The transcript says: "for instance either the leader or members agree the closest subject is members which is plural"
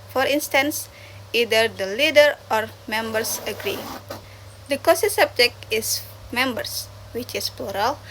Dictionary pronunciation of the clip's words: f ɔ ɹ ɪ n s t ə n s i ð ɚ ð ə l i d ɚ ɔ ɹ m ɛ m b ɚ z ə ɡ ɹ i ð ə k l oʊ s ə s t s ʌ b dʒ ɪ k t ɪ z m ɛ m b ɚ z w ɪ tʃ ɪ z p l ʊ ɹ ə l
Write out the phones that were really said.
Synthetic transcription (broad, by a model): f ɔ ɹ ɪ n s t ə n s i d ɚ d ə l i d ɚ ɔ ɹ m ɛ m b ɚ s ə ɡ ɹ i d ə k oʊ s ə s s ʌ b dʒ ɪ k t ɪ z m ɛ m b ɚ s w ɪ tʃ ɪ s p l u ɹ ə l